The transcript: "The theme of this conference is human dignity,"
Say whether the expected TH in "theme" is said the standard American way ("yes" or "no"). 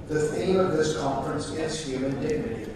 no